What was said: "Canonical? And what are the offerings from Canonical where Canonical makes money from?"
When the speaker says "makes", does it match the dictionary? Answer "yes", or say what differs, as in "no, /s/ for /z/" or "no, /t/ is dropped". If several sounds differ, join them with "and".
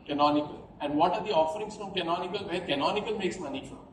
yes